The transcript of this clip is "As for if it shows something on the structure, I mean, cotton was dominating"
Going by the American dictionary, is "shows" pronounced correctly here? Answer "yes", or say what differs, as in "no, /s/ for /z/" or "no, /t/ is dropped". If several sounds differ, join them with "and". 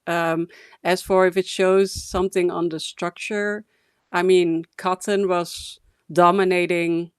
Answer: yes